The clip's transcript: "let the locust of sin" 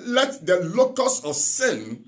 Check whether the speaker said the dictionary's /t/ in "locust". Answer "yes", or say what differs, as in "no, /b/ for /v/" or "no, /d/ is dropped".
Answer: no, /t/ is dropped